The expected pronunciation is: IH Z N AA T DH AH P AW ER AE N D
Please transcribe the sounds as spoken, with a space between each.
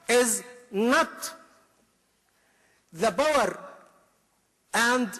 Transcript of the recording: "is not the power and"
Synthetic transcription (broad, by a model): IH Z N AA T DH AH B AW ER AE N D